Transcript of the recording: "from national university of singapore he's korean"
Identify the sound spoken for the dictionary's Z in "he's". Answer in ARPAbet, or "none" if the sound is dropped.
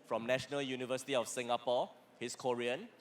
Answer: S